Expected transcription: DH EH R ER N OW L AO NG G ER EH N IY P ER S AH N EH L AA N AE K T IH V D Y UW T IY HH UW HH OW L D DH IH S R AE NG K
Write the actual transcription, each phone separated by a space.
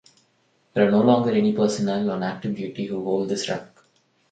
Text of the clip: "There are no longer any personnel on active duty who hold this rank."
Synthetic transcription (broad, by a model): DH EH R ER N OW L AO NG G ER EH N IY P ER S AH N EH L AA N AE K T IH V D Y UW T IY HH UW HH OW L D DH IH S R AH K